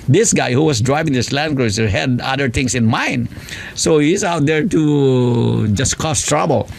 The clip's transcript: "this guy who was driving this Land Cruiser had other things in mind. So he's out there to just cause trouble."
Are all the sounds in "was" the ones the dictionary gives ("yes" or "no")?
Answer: no